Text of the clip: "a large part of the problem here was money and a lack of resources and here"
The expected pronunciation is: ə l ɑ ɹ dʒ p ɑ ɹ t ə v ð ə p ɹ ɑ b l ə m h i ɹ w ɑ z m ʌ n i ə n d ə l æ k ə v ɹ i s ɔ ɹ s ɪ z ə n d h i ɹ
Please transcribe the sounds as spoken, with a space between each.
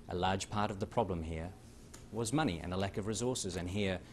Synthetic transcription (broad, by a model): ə l ɑ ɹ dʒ p ɑ ɹ t ə v ð ə p ɹ ɑ b l ə m h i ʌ w ɑ z m ʌ n i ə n ə l æ k ə v ɹ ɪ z ɔ ɹ s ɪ z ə n h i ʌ